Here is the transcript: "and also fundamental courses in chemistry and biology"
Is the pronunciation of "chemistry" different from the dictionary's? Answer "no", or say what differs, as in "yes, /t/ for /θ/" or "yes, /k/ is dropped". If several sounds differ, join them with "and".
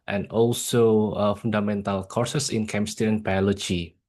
yes, /ɹ/ is dropped